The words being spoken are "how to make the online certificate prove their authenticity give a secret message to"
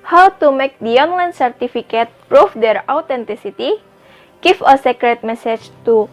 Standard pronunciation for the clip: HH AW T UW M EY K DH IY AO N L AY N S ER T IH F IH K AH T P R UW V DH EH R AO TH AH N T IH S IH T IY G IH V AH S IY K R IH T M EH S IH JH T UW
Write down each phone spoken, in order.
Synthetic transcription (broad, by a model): HH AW T UW M EY K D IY AO N L AY N S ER T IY F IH K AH T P R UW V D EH R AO T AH N T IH S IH T IY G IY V AH S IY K R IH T M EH S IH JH T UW